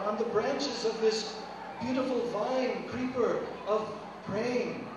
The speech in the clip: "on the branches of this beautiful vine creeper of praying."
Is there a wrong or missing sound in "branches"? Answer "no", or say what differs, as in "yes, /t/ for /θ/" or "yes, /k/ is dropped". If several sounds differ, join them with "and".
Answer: no